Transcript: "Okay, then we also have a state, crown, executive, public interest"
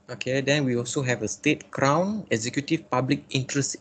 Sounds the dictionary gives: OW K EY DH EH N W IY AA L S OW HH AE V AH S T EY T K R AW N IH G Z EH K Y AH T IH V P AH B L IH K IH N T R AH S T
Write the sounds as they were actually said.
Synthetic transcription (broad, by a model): OW K EY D EH N W IY AA L S OW HH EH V AH S T EY T K R AW N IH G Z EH K Y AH T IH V P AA B L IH K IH N T R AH S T